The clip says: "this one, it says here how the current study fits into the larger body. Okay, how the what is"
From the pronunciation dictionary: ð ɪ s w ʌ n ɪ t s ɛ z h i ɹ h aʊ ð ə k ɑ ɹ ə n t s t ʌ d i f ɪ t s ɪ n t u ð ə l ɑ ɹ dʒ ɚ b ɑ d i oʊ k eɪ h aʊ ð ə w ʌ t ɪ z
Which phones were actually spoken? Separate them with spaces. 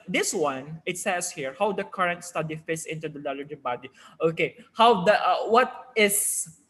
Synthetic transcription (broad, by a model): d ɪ s w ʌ n ɪ t s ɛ s h i ɹ h aʊ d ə k ɑ ɹ ə n t s t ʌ d i f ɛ s ɪ n t u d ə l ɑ l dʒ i b ɑ d i oʊ k eɪ h aʊ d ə w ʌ t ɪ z